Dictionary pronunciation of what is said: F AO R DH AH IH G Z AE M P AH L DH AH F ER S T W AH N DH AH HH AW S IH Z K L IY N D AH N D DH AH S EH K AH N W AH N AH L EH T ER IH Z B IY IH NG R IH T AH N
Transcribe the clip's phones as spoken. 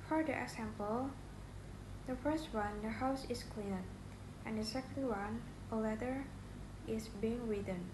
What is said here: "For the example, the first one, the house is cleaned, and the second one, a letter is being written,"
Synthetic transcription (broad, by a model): F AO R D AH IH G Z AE M P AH L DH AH F ER S T W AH N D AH HH AW S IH S K L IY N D AH N D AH S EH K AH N W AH N AH L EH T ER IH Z B IY IH NG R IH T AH N